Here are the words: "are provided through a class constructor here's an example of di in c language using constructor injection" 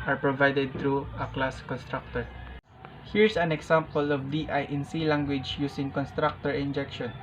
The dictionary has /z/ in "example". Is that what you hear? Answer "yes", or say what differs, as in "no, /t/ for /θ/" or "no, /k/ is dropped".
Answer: no, /s/ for /z/